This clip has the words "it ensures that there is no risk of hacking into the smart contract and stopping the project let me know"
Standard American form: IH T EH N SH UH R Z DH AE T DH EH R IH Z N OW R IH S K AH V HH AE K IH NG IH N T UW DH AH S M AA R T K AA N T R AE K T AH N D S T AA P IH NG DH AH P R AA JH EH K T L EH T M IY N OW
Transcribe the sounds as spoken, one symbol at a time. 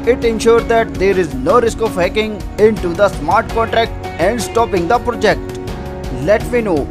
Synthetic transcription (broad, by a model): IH T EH N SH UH R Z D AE T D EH R IH Z N OW R IH S K AH V HH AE K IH NG IH N T UW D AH S M AA R T K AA N T R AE K T AH N D S T AA P IH NG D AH P R AA JH EH K T L EH T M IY N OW